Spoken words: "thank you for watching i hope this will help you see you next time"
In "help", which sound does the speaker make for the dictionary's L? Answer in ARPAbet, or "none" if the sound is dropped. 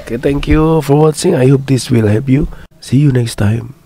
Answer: none